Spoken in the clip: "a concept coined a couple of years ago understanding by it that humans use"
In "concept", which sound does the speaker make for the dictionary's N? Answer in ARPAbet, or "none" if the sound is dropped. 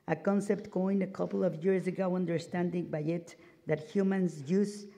N